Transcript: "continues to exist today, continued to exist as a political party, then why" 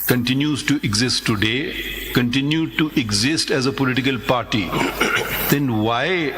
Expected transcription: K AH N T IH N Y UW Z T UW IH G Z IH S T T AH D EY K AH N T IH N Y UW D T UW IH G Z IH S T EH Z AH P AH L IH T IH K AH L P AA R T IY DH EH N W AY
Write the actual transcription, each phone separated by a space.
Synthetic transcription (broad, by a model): K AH N T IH N Y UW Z T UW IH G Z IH S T T AH D EY K AH N T IH N Y UW D T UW IH G Z IH S T EH Z AH P AH L IH T IH K AH L P AA R T IY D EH N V AY